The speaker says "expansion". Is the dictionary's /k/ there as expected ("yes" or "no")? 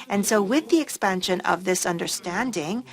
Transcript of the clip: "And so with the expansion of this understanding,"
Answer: yes